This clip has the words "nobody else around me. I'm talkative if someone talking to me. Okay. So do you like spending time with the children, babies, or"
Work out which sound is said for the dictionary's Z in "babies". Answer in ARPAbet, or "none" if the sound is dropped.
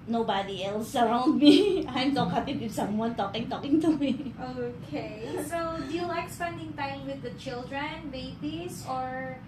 S